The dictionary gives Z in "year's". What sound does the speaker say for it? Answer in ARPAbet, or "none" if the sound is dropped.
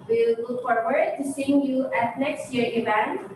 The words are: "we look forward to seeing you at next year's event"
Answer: none